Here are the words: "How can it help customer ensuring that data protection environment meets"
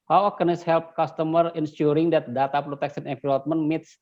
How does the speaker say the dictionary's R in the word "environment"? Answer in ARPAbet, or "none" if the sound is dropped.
L